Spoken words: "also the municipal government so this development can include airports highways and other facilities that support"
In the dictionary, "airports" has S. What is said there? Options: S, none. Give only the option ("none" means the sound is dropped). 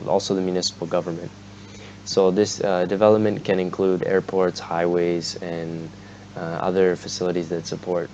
S